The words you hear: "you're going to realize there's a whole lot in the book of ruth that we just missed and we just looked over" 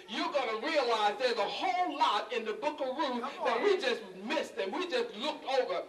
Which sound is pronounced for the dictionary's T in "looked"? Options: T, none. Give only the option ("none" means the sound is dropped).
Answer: T